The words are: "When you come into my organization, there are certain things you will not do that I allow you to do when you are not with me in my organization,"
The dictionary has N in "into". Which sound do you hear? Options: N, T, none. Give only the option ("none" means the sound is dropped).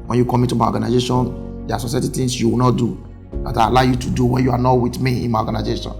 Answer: none